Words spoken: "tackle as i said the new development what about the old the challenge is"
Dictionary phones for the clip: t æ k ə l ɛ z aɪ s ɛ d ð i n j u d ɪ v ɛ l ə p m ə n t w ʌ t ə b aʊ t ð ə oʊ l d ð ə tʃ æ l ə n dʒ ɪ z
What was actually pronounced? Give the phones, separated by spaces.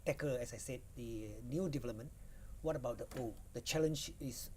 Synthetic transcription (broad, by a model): t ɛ k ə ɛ s aɪ s ɛ d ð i n j u d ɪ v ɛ l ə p m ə n w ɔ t ə b aʊ t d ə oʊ d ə tʃ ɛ l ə n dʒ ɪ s